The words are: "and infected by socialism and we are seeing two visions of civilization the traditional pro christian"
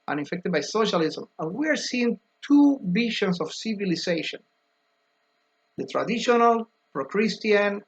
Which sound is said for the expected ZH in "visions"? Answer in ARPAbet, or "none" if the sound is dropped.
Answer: SH